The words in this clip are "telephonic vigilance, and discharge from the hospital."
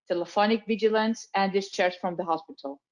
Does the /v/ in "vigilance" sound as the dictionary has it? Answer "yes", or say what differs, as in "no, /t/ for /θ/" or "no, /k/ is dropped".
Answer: yes